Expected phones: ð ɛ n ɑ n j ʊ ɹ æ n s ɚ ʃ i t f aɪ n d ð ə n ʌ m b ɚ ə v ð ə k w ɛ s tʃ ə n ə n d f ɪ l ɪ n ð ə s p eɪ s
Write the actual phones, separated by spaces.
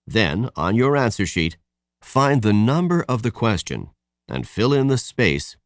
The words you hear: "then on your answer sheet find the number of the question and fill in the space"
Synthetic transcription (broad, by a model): ð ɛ n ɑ n j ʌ ɹ æ n s ɚ ʃ i t f aɪ n ð ə n ʌ m b ɚ ə v ð ə k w ɛ s tʃ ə n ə n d f ɪ l ɪ n ð ə s p eɪ s